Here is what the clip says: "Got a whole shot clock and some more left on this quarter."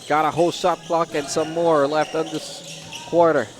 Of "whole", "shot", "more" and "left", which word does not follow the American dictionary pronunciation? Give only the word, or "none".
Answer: shot